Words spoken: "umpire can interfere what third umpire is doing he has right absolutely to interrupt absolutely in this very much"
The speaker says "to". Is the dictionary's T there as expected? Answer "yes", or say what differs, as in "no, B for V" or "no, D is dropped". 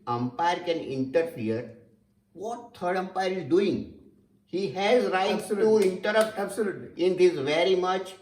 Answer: no, S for T